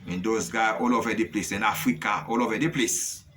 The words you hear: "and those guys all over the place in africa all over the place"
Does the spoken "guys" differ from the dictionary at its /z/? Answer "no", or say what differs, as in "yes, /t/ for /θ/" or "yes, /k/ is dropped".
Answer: yes, /z/ is dropped